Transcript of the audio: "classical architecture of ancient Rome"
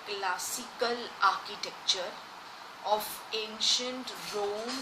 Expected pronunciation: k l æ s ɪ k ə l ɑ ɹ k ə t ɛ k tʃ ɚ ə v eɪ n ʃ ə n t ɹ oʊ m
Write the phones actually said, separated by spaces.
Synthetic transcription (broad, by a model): k l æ s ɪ k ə l ɑ ɹ k ə t ɛ k tʃ ɚ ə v eɪ n ʃ ə n t ɹ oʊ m